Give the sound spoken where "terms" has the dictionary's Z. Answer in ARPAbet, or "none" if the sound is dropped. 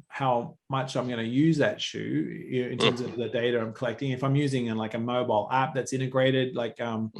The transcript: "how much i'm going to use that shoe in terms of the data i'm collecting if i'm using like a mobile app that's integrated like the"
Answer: Z